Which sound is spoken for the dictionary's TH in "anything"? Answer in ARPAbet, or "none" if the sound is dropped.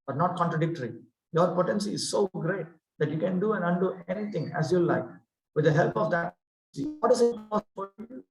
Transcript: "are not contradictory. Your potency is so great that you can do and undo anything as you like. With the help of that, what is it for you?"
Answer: T